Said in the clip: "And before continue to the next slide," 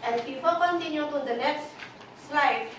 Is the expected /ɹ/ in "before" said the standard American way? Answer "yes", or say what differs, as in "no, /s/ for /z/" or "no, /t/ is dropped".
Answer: no, /l/ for /ɹ/